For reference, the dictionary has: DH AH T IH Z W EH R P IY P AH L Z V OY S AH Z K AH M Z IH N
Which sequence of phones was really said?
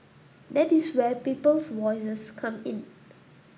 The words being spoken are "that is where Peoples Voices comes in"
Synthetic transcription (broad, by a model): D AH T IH S W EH P IY P AH L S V OY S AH S K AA M IH N